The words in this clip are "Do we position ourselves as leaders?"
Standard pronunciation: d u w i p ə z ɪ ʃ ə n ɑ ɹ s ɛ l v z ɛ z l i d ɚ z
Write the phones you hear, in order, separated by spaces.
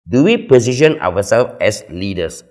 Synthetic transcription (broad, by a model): d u w i p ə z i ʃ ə n ɑ w s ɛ l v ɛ s l i d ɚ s